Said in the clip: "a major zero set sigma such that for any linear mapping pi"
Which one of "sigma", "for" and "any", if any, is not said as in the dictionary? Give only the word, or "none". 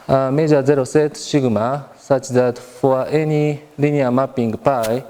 sigma